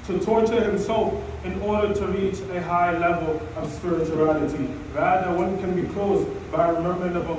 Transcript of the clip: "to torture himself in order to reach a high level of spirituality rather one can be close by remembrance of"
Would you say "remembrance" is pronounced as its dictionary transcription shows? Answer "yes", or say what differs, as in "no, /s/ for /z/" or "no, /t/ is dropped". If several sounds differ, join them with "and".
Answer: no, /s/ is dropped